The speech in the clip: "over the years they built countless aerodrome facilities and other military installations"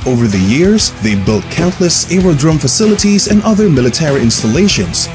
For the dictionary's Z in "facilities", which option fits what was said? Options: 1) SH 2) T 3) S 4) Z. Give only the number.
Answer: 4